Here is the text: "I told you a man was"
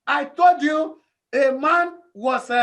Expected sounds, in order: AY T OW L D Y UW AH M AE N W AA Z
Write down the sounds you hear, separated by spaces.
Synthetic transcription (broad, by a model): AY T OW L D Y UW AH M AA N W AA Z